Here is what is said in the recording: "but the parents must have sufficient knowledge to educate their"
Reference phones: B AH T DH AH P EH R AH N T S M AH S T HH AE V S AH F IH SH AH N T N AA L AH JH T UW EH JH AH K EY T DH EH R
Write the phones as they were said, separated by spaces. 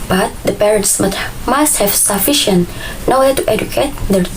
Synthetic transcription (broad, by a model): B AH T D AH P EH R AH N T S M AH S T HH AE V S AH F IH SH AH N T N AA W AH T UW EH JH AH K EY T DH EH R